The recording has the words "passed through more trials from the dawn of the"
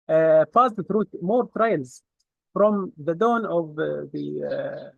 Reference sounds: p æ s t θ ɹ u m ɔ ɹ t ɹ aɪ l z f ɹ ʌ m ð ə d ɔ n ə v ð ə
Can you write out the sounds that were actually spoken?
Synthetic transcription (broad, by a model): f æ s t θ ɹ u m ɔ ɹ t ɹ aɪ l z f ɹ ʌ m ð ə d ɔ n ə v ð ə